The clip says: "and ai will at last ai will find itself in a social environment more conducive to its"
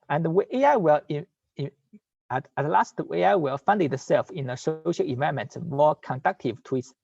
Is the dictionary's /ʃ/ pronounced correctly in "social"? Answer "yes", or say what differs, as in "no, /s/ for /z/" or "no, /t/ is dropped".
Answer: yes